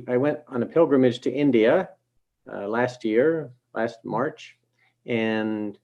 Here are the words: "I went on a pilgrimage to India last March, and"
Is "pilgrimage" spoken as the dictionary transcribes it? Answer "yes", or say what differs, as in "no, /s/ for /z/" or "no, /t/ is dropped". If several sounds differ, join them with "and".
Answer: yes